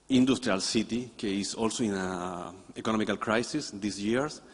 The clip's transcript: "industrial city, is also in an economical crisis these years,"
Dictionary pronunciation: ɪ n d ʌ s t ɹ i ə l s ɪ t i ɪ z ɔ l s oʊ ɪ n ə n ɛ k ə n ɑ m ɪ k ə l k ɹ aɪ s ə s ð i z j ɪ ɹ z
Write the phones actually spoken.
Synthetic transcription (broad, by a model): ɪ n d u s t ɹ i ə l s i t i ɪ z ɔ l s oʊ ɪ n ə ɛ k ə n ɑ m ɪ k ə l k ɹ aɪ s ə s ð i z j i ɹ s